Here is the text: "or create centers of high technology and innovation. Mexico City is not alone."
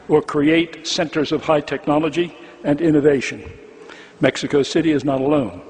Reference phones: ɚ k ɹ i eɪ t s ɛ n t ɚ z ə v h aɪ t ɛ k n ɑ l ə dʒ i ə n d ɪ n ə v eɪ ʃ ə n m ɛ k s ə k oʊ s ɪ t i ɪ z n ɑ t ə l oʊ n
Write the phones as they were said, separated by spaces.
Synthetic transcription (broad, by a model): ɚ k ɹ i eɪ t s ɛ n t ɚ z ə v h aɪ t ɛ k n ɑ l ə dʒ i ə n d ɪ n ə v eɪ ʃ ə n m ɛ k s ə k oʊ s ɪ t i ɪ z n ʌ t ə l oʊ n